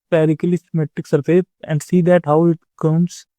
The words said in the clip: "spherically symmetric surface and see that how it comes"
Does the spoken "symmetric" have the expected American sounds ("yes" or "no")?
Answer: no